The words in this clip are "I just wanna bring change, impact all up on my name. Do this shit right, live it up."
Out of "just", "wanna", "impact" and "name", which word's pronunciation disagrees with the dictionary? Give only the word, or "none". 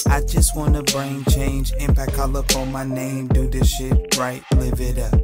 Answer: impact